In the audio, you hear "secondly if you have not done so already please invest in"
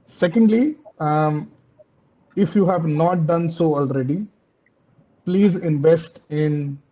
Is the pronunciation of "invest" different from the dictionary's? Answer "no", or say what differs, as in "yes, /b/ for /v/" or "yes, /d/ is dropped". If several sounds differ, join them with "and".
no